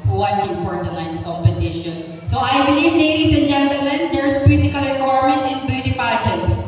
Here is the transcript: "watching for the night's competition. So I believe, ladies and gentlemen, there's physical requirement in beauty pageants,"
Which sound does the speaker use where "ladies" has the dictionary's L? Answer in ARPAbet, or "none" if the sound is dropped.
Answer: N